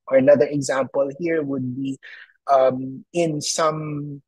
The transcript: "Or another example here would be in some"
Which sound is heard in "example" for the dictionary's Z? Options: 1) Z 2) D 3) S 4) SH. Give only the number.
1